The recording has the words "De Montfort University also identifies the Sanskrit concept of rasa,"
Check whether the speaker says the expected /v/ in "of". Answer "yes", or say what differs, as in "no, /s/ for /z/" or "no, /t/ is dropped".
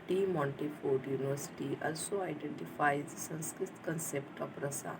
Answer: no, /p/ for /v/